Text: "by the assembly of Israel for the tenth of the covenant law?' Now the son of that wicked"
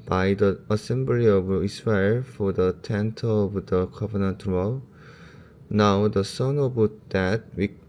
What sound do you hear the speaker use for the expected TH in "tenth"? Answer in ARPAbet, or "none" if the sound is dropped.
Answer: T